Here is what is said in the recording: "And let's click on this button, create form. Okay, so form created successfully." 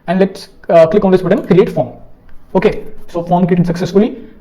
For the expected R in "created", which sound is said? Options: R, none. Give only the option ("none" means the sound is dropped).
none